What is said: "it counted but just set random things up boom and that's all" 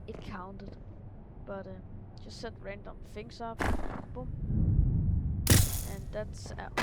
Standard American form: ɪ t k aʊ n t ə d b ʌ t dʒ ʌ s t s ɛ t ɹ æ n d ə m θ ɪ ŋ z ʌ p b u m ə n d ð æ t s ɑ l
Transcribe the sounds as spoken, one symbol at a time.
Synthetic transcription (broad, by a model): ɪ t k aʊ n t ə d b ʌ t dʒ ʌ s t s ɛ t ɹ æ n d ə m f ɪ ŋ s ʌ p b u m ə n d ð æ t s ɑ